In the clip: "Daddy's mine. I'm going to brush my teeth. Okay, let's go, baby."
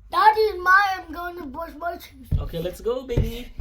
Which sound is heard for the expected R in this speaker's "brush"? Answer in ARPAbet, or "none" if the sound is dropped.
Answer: none